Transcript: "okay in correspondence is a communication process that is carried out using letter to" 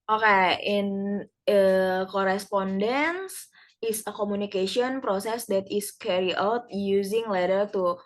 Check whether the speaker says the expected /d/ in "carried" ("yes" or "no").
no